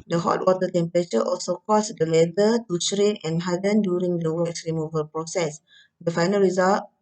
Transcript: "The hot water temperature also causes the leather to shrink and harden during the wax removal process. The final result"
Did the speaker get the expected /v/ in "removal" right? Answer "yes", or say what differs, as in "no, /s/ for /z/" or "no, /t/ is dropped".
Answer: yes